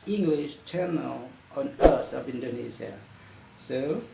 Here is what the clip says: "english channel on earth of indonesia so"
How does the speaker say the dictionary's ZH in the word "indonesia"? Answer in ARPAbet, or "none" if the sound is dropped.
Z